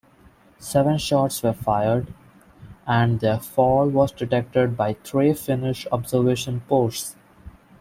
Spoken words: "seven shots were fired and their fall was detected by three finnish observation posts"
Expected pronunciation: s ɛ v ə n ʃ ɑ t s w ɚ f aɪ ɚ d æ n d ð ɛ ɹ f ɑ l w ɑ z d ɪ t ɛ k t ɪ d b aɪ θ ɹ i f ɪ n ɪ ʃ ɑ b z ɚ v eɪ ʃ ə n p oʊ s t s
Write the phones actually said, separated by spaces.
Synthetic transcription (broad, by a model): s ɛ v ə n ʃ ɑ t s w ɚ f aɪ ɚ d æ n d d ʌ f ɑ l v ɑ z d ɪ t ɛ k t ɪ d b aɪ t ɹ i f ɪ n ɪ ʃ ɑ b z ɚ v eɪ ʃ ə n p oʊ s t s